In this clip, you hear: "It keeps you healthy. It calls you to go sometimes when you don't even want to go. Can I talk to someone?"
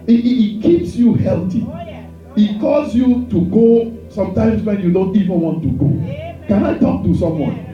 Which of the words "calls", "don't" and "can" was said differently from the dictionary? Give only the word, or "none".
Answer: calls